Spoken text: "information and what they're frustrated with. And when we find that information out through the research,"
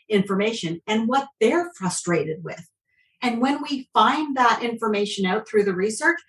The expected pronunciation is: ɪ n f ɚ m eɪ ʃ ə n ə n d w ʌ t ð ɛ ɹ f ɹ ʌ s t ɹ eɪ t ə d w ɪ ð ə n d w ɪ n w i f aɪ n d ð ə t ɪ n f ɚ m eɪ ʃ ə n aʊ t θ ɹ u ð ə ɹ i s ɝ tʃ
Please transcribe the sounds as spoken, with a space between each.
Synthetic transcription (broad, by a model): ɪ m f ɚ m eɪ ʃ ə n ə n w ʌ t ð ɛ ɹ f ɹ ʌ s t ɹ eɪ t ə d w ɪ ð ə n w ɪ n w i f aɪ n ð ə t ɪ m f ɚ m eɪ ʃ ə n aʊ t θ ɹ u ð ə ɹ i s ɝ tʃ